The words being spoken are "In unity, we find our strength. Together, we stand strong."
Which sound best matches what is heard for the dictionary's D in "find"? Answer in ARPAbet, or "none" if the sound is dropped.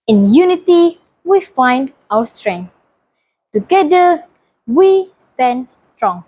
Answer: D